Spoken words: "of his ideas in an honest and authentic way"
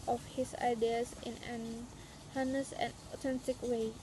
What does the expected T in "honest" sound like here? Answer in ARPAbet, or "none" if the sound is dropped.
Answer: none